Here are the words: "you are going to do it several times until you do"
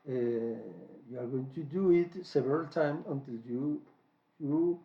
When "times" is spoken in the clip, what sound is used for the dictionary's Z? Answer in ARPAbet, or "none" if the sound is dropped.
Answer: none